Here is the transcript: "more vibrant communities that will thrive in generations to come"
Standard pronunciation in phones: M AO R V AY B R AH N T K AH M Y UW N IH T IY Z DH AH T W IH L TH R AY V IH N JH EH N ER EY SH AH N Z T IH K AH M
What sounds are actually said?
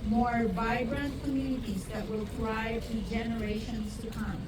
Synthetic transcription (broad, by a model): M AO R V AY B R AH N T K AH M Y UW N IH T IY Z DH AH T W IH L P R AY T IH JH EH N ER EY SH AH N Z T IH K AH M